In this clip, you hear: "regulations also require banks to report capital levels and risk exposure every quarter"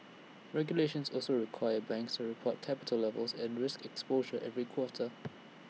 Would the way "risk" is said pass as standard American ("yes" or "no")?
yes